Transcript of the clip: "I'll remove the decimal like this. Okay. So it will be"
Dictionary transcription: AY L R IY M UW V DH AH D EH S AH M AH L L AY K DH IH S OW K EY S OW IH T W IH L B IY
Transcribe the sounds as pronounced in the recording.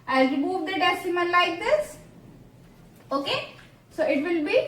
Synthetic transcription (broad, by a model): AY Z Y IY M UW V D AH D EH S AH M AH N L AY K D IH S OW K EY S OW IH T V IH L B IY